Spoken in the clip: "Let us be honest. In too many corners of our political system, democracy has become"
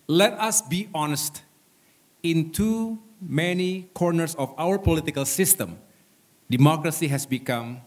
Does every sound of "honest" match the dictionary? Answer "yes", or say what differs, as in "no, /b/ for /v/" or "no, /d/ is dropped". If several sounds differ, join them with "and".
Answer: yes